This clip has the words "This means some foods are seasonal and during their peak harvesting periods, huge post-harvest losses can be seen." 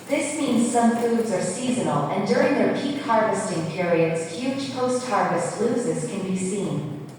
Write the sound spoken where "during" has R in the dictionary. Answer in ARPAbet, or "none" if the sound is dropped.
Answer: R